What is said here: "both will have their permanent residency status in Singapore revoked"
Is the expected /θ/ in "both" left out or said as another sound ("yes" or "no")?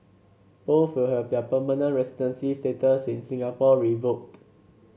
yes